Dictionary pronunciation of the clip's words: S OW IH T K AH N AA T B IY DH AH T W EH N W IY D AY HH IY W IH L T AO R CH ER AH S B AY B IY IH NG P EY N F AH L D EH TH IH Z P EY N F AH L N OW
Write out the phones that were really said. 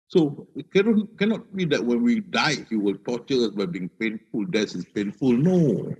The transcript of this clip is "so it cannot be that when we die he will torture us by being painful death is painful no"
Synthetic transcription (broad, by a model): S OW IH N K AH N AA T B IY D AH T W EH N W IY D AY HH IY W IH L T AO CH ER AH S B AY B IY IH NG P EY N F AH L D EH S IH S P EY N F AH L N OW